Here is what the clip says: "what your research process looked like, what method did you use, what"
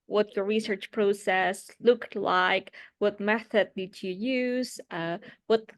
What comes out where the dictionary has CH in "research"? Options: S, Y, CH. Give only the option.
CH